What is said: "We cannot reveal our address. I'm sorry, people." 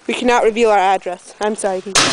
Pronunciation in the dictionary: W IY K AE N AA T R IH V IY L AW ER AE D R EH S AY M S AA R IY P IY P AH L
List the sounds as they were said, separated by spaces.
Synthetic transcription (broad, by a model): W IY K AE N AA T R IH V IY L AW ER AE D R EH S AY M S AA IY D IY